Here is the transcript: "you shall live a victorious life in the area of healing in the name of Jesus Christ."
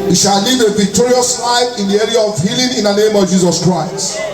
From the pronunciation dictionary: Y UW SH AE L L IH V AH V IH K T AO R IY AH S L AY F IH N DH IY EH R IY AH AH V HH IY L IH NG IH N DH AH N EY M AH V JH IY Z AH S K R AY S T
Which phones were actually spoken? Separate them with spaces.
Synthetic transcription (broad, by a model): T SH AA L L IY V AH V IH K T AO R IY AH S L AY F IH N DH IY EH R IY AH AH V HH IY L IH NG IH N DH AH N EY M AH V JH IY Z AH S K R AY S T